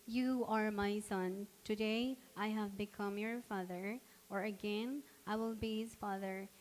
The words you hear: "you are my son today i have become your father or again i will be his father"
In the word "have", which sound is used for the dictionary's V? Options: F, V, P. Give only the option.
V